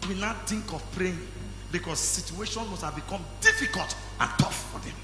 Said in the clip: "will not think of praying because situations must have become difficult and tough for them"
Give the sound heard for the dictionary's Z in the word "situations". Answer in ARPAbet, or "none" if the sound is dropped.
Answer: none